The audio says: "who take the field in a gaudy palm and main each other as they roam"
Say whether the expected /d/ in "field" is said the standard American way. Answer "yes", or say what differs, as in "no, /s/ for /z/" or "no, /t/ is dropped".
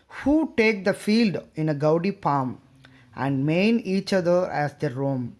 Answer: yes